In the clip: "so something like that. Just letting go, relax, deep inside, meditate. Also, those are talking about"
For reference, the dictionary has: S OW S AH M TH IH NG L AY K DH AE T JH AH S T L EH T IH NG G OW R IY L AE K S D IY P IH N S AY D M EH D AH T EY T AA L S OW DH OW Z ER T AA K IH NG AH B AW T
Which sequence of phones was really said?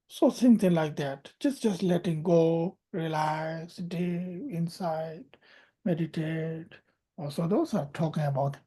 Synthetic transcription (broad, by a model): S OW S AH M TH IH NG L AY K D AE T JH AH S T L EH T IH NG G OW R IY L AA S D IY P IH N S AY D M EH D AH T EY T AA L S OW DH OW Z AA T AA K IH NG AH B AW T